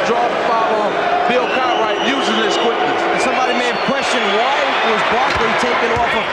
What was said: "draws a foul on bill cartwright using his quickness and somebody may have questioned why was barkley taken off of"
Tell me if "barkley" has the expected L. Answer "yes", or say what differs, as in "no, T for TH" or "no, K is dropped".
no, L is dropped